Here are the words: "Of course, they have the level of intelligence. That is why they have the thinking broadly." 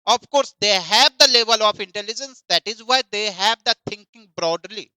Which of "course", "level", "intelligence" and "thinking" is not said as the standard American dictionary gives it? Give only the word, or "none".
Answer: thinking